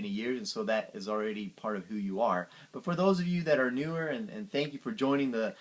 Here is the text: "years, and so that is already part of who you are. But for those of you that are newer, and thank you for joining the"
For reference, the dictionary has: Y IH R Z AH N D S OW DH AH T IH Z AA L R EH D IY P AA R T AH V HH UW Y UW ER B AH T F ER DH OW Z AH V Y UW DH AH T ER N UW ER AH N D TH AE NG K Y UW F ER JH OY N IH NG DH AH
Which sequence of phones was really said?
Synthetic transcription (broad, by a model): Y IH R Z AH N S OW DH AH T IH Z L R EH D IY P AA R T AH V HH UW Y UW ER B AH T F ER DH OW Z AH V Y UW DH AH T ER N UW ER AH N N TH AE NG K Y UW F ER JH OY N IH NG DH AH